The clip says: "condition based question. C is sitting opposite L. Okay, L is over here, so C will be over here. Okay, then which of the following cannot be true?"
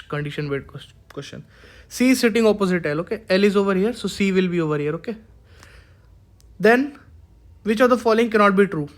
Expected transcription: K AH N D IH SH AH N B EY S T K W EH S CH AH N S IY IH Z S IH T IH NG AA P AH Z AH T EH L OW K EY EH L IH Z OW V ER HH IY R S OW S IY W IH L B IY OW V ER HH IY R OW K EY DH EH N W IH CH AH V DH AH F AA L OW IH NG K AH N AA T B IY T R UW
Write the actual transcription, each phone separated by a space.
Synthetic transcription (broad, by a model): K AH N D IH SH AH N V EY T K W EH S CH AH N S IY S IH T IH NG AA P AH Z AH T EH L OW K EY EH L IH Z OW V ER HH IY R S OW S IY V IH L B IY OW V ER HH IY R OW K EY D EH N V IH CH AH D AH F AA L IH NG K AH N AA T B IY T R UW